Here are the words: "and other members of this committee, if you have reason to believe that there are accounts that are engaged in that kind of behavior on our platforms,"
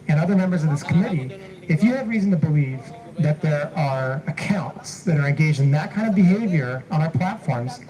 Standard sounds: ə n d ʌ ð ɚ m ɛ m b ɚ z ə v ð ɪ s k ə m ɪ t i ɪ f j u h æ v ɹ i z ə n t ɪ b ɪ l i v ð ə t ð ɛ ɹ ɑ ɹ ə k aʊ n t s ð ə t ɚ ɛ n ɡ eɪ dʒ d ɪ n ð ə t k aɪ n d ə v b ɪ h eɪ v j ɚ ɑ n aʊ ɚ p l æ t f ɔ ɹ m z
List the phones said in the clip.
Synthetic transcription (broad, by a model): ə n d ʌ ð ɚ m ɛ m b ɚ z ə v ð ɪ s k ə m ɪ t i ɪ f j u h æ v ɹ i z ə n t ɪ b ɪ l i v ð ə t ð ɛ ɹ ɑ ɹ ə k aʊ n t s ð ə t ɚ ɛ n ɡ eɪ dʒ d ɪ n ð ə t k aɪ n d ə v b ɪ h eɪ v j ɚ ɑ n aʊ ɚ p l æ t f ɔ ɹ m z